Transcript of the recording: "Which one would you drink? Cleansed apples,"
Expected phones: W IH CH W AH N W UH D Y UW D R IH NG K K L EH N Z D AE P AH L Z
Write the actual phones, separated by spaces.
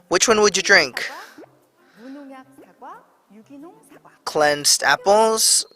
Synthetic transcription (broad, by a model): W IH CH W AH N W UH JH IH D R IH NG K K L EH N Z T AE P L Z